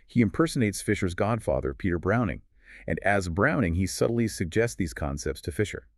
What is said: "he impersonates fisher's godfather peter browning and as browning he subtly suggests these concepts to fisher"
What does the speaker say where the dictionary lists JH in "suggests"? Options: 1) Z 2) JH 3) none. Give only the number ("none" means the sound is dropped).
2